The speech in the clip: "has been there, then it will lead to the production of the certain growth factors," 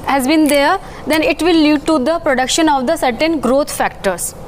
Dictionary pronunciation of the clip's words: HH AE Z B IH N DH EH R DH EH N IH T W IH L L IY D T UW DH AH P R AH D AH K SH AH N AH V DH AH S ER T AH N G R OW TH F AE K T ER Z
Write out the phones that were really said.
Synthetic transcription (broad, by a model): HH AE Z B IH N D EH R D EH N IH T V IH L L IY D T UW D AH P R AH D AH K SH AH N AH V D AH S ER T AH N G R OW T F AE K T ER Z